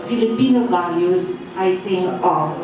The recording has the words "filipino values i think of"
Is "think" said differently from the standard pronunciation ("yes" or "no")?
yes